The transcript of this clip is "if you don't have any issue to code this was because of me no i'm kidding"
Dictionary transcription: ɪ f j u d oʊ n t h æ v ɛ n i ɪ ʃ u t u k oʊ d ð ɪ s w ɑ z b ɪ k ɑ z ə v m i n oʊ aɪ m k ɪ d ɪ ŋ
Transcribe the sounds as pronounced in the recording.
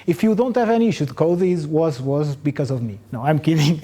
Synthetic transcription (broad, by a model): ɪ f j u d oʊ n t h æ v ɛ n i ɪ ʃ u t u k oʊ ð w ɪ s w ɑ z b ɪ k ɑ z ə v m i n oʊ aɪ m k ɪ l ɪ ŋ